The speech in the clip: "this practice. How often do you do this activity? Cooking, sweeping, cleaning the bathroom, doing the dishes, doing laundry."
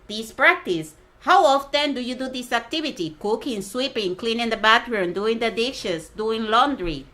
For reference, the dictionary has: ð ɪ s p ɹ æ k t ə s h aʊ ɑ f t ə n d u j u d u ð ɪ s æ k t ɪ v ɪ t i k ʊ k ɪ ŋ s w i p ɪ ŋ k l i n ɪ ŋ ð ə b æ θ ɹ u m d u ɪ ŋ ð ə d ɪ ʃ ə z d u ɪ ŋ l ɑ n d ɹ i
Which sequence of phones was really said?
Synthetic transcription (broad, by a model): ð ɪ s p ɹ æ k t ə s h aʊ ɑ f t ə n d u j u d u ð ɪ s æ k t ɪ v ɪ t i k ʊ k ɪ ŋ s w i p ɪ ŋ k l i n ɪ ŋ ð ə b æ t ɹ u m d u ɪ ŋ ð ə d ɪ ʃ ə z d u ɪ ŋ l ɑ n d ɹ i